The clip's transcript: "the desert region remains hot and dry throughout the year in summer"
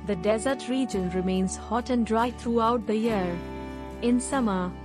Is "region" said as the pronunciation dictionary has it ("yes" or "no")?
yes